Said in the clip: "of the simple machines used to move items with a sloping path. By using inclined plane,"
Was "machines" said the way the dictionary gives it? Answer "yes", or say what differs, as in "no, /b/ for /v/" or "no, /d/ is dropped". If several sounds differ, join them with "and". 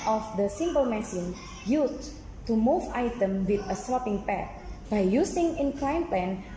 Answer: no, /s/ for /ʃ/ and /z/ is dropped